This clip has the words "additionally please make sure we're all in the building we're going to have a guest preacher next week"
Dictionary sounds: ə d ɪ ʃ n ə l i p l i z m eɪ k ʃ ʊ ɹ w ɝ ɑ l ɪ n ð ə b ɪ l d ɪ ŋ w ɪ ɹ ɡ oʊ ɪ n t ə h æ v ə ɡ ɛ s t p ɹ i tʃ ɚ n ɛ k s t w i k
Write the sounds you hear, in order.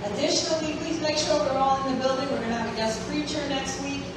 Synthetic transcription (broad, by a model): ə d ɪ ʃ n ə l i p l i z m eɪ k ʃ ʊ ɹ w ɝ ɑ l ɪ n ð ə b ɪ l d ɪ ŋ w ɪ ɹ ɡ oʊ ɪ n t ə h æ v ə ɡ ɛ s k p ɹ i tʃ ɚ n ɛ k s t w i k